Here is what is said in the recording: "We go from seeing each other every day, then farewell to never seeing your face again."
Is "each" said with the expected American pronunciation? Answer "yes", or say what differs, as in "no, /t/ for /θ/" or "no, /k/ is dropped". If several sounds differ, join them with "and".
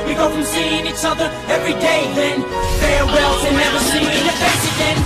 no, /s/ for /tʃ/